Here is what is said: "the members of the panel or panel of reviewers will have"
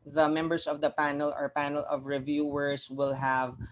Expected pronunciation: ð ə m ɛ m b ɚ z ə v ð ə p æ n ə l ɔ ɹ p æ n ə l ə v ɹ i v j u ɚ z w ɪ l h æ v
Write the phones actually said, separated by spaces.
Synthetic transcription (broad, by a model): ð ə m ɛ m b ɚ s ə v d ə p æ n ə l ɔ ɹ p æ n ə l ə v ɹ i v j u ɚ s w ɪ l h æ v